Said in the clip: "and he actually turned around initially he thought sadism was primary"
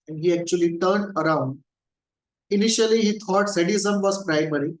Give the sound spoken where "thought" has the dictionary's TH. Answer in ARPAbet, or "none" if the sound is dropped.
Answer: T